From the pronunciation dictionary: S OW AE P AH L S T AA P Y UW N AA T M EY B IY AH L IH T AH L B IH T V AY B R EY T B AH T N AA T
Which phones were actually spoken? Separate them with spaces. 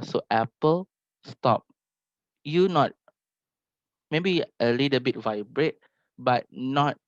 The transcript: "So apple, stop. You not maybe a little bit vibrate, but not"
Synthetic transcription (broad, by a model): S OW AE P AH L S T AA P Y UW N AA T M EY B IY AH L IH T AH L B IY T V AY B R EY T B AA T N AA T